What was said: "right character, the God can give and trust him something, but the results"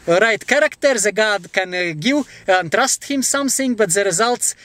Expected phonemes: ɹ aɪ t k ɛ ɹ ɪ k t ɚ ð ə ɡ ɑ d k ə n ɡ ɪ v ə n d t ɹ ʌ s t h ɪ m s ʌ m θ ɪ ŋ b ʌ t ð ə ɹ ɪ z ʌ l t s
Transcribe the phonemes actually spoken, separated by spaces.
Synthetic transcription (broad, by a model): ɹ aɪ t k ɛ ɹ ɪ k t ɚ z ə ɡ ɑ d k ə n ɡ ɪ w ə n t ɹ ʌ s t h ɪ m s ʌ m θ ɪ ŋ b ʌ t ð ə ɹ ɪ z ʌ l t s